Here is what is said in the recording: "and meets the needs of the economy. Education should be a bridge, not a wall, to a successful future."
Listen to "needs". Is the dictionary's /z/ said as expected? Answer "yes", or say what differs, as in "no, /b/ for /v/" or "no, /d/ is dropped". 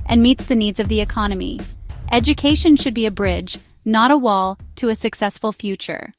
yes